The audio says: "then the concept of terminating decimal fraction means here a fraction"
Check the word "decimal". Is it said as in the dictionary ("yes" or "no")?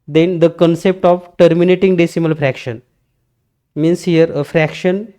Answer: yes